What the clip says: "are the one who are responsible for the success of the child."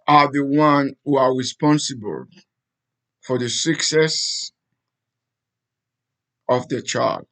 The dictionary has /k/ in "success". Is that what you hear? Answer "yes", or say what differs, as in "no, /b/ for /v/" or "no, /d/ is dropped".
yes